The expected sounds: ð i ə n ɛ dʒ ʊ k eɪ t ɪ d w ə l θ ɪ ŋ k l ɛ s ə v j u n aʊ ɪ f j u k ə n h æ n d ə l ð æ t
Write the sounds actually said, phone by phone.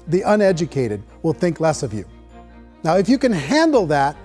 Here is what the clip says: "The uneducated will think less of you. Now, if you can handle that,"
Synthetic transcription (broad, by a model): ð i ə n ɛ dʒ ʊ k eɪ t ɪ d w ə l θ ɪ ŋ k l ɛ s ə v j u n aʊ ɪ f j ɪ k ə n h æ n d l ð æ t